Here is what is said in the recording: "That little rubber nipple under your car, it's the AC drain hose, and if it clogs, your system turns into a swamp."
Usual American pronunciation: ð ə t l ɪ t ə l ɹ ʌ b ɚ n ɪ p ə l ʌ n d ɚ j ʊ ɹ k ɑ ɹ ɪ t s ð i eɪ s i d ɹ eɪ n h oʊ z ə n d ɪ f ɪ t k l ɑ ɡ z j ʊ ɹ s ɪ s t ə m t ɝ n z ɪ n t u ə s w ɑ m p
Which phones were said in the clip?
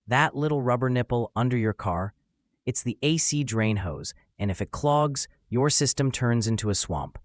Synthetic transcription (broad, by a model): ð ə t l ɪ t l ɹ ʌ b ɚ n ɪ p l ʌ n d ɚ j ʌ ɹ k ɑ ɹ ɪ t s ð i eɪ s i d ɹ eɪ n h oʊ z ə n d ɪ f ɪ t k l ɑ ɡ z j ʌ ɹ s ɪ s t ə m t ɝ n z ɪ n t u ə s w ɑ m p